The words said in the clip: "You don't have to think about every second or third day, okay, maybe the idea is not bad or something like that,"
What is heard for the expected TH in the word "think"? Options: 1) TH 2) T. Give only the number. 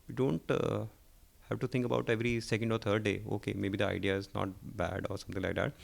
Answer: 2